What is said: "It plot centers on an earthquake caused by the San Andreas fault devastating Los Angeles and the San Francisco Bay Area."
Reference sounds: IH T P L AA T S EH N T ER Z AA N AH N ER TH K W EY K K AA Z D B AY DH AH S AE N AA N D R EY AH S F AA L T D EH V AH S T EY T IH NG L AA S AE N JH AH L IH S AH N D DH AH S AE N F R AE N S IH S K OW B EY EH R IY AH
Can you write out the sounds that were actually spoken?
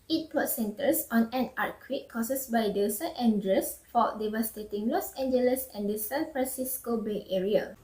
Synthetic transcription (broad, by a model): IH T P AA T S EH N T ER S AA N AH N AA T K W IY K K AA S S B AY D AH S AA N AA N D R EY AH S F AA D EH V AH S T EY T IH NG L AA S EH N JH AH L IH S AH N D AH S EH N F R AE N S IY S K OW B EY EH R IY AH